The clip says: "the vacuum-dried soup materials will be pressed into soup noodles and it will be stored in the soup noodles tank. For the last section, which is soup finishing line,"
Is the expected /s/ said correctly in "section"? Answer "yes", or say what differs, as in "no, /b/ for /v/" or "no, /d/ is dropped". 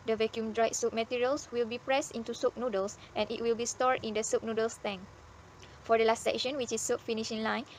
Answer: yes